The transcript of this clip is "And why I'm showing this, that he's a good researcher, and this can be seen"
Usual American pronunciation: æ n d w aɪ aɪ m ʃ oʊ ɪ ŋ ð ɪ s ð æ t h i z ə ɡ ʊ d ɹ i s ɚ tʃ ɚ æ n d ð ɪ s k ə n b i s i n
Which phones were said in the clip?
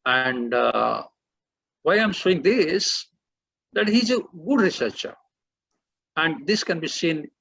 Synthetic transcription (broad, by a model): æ n d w aɪ aɪ m s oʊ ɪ ŋ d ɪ s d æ t h i z ə ɡ ʊ d ɹ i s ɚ tʃ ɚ æ n d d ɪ s k ə n b i s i n